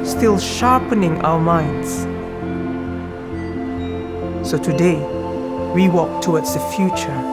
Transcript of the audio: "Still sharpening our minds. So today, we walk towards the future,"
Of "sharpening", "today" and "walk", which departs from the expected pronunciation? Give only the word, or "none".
none